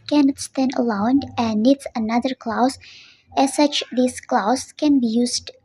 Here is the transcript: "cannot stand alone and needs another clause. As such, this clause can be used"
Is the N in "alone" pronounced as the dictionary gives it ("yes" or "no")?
no